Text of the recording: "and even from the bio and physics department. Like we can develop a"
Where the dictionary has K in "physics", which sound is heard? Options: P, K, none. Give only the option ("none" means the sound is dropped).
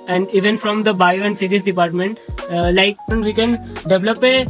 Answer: none